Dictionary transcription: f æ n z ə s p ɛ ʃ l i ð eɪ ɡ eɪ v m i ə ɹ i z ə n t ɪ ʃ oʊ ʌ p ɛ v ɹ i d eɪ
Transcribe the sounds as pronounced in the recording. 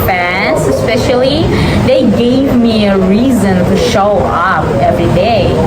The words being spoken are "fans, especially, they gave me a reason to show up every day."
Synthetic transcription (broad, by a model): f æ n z ə s p ɛ ʃ l i ð eɪ ɡ eɪ v m i ə ɹ i z ə n t ɪ ʃ oʊ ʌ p ɛ v ɹ i d eɪ